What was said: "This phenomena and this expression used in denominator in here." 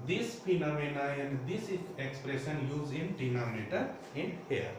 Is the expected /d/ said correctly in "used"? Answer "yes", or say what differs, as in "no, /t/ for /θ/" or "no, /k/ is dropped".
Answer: no, /d/ is dropped